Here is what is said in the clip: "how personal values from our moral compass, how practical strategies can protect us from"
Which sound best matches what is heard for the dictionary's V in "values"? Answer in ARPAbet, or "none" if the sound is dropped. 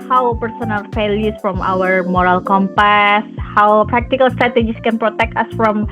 F